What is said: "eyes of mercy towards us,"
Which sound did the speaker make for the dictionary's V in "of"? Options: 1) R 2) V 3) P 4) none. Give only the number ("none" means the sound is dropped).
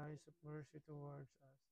3